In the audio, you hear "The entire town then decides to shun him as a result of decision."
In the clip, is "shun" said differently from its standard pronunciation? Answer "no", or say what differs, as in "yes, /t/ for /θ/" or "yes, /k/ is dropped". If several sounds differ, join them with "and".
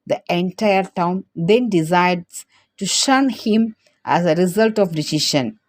no